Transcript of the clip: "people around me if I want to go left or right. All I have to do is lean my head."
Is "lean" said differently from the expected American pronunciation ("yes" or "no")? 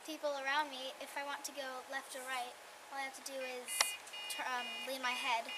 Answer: yes